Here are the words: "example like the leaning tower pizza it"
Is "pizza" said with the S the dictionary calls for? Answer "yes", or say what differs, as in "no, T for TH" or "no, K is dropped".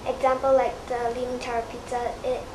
no, S is dropped